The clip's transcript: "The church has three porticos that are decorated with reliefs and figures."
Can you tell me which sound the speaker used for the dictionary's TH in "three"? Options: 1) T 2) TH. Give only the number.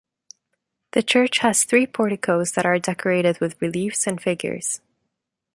2